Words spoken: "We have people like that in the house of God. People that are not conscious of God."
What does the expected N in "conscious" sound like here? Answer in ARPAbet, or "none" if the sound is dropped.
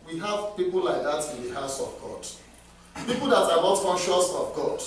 N